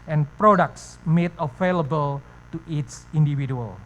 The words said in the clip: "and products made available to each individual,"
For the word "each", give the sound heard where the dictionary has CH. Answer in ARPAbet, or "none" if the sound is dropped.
S